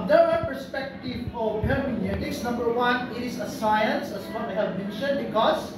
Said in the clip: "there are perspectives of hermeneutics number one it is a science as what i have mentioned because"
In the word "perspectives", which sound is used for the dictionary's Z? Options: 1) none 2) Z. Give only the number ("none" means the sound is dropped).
1